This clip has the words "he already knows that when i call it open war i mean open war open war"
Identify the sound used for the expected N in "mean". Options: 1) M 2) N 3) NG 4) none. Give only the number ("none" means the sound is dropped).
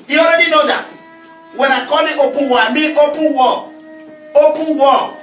4